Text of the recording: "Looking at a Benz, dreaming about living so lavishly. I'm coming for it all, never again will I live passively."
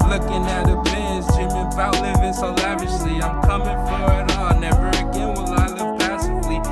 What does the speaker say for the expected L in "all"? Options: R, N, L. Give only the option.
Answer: N